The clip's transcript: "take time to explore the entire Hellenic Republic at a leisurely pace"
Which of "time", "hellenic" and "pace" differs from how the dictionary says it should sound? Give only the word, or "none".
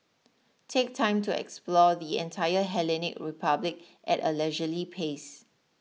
none